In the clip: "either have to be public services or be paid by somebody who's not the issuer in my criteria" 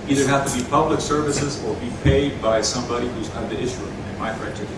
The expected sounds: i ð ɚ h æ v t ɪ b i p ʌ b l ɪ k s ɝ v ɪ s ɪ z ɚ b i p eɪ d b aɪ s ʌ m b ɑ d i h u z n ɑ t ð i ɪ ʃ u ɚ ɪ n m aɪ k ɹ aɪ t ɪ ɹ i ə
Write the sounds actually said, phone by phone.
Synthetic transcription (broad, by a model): i ð ɚ h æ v t ɪ b i p ʌ b l ɪ k s ɝ v ɪ s ɪ z ɚ b i p eɪ d b aɪ s ʌ m b ɑ d i h u z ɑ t ð i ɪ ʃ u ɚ ɪ n m aɪ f ɹ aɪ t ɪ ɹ